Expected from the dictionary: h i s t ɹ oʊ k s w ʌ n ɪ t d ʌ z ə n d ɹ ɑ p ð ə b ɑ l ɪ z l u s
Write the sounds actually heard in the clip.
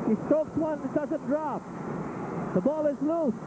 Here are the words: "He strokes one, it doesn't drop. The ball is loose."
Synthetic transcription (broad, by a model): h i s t oʊ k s w ʌ n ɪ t d ʌ z ə n d ɹ ɑ p ð ə b ɑ l ɪ z l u s